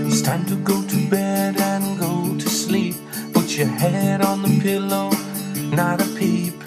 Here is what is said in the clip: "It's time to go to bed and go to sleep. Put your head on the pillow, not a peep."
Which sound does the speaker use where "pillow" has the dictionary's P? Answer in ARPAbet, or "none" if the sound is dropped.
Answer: P